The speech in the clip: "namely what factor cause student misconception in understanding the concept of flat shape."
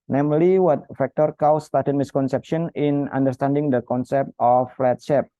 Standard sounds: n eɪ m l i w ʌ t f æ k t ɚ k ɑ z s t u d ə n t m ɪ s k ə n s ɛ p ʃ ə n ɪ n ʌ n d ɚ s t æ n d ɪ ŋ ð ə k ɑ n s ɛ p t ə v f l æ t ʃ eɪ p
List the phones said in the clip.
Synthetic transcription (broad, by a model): n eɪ m l i w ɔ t f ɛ k t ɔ k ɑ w s t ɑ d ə t m ɪ s k ə n s ɛ p ʃ ə n ɪ n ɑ n d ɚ s t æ n d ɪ ŋ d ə k ɑ n s ɛ p t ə f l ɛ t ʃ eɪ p